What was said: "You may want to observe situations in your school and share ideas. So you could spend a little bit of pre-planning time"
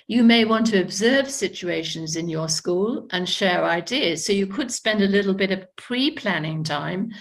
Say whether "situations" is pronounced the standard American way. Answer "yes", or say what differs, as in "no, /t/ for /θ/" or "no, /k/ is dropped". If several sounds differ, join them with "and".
yes